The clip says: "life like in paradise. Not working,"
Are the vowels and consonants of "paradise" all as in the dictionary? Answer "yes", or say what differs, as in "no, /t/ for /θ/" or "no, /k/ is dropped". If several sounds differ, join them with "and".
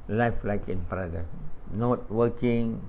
no, /s/ is dropped